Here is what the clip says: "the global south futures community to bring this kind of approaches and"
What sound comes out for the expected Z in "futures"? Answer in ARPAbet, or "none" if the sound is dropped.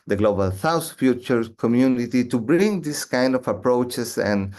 none